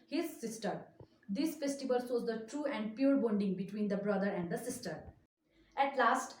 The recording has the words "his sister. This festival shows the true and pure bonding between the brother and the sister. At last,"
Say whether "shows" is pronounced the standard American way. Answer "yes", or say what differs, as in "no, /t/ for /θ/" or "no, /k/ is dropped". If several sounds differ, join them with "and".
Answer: no, /s/ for /ʃ/